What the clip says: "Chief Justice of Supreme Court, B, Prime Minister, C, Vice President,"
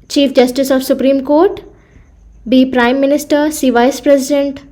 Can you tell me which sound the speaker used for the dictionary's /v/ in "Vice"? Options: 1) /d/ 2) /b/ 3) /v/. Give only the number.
3